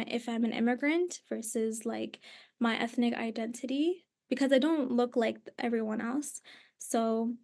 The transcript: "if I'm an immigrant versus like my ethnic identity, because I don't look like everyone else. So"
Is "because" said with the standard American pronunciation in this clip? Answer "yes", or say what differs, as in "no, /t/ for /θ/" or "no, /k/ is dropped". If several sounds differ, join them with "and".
yes